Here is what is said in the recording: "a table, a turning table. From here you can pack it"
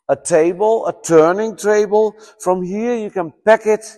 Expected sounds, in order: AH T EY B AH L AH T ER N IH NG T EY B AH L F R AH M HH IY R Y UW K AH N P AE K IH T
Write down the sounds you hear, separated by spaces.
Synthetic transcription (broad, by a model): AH T EY B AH L AH T ER N IH NG T EY B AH L F R AH M HH IY R Y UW K AH N P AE K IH T